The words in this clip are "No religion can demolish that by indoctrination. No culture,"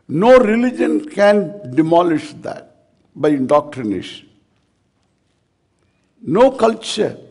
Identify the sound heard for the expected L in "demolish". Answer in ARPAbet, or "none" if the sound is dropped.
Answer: L